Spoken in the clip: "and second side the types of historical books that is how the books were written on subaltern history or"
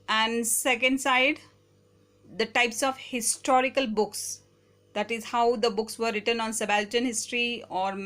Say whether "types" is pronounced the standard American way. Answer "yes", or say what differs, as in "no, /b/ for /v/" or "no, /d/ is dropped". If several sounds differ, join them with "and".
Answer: yes